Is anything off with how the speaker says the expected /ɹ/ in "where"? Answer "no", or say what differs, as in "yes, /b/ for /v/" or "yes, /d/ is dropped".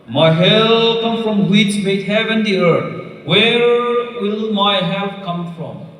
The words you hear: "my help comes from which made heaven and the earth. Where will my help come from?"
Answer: no